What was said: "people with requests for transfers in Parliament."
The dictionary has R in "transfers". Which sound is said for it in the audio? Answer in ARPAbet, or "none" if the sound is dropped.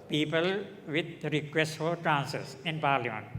none